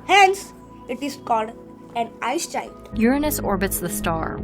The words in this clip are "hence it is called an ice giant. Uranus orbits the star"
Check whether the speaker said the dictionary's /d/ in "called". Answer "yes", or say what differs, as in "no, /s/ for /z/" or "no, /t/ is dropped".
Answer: yes